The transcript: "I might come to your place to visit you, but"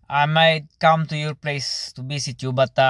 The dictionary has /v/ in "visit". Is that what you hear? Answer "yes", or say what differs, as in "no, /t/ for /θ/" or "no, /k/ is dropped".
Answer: no, /b/ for /v/